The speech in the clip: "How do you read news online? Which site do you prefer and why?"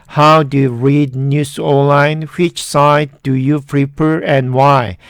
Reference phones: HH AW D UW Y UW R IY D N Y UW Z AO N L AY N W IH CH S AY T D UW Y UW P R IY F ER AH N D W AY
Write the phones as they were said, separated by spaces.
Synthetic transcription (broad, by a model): HH AW D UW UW R IY D N Y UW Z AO L AY N W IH CH S AY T D UW Y UW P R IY P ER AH N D W AY